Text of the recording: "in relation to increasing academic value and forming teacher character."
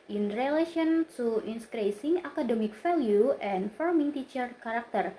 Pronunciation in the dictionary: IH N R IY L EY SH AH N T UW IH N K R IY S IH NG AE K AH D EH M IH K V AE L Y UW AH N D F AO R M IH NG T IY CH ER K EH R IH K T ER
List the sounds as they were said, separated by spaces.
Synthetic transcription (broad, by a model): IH N R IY L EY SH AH N T UW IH N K R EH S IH NG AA K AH D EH M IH K F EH L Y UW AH N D F AO R M IH NG T IY CH ER K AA R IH K T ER